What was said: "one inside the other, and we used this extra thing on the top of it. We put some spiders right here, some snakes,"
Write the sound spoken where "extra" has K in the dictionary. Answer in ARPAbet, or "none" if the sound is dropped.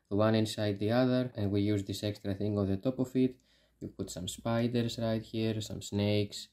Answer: K